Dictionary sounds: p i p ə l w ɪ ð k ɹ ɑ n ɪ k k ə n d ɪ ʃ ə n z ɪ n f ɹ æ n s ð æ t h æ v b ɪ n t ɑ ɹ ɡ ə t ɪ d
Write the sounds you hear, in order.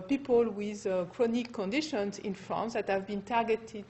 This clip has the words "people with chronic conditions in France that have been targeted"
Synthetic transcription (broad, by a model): p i p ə l w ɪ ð k ɹ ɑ n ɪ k k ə n d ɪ ʃ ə n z ɪ n f ɹ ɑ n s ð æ t h æ v b ɪ n t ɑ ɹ ɡ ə t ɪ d